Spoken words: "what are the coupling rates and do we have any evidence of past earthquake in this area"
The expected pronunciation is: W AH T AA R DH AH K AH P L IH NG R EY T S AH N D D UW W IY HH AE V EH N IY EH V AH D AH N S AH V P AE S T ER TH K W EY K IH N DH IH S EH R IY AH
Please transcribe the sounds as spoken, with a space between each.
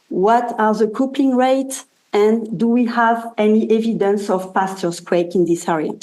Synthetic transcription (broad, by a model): W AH T AA R DH AH K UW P IH NG R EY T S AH N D D UW W IY HH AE V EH N IY EH V AH D AH N S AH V P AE S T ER S K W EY K IH N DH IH S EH R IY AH